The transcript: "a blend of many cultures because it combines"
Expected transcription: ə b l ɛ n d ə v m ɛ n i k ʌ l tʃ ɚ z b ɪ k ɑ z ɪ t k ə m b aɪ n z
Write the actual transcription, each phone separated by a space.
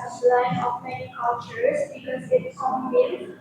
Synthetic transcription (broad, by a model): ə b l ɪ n ə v m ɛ n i k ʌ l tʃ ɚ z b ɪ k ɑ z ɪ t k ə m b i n